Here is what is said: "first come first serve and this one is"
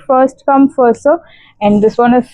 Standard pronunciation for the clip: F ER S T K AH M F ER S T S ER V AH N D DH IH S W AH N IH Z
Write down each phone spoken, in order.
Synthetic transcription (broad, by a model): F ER S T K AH M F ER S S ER AH N D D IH S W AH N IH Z